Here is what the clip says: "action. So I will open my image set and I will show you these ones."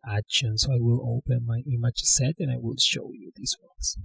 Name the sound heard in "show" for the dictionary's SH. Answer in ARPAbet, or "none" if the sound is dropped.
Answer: SH